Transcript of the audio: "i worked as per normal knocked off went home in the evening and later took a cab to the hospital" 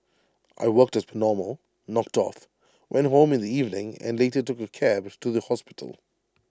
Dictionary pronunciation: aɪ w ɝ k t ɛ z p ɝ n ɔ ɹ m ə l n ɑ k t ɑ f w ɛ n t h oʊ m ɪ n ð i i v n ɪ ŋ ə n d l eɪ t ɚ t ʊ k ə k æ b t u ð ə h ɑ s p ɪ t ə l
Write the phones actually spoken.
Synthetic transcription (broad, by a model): aɪ w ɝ k t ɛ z p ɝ n ɔ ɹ m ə l n ɑ k t ɑ f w ɛ n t h oʊ m ɪ n ð i i v n ɪ ŋ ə n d l eɪ t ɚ t ʊ k ə k æ b t u ð ə h ɑ s p ɪ t ə l